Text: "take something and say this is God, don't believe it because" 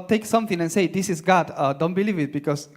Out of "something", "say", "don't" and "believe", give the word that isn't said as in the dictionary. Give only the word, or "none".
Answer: something